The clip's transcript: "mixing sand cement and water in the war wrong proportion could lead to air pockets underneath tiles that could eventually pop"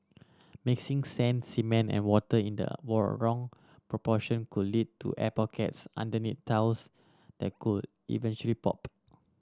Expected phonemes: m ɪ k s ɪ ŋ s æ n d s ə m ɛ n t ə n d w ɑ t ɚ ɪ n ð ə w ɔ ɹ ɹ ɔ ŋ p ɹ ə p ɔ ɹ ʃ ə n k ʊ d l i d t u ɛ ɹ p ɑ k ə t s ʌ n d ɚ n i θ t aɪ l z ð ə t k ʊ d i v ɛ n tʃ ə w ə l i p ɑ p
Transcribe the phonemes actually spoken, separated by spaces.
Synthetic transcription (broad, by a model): m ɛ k s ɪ ŋ s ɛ n s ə m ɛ n ə n w ɑ t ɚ ɪ n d ə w ɔ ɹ ɹ ɔ ŋ p ɹ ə p ɔ ʃ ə n k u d l i d t u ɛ p ɑ k ə t s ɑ n d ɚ n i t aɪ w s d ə t k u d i v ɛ n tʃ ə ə l i p ɑ p